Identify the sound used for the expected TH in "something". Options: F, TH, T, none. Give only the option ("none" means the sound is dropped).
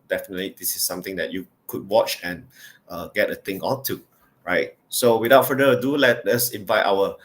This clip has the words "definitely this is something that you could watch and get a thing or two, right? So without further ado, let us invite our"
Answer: T